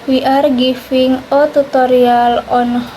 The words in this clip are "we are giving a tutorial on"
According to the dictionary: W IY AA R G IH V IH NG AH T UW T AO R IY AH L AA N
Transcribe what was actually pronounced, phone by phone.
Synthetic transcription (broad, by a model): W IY AA R G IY F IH NG AH T UW T AO R IY AH L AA N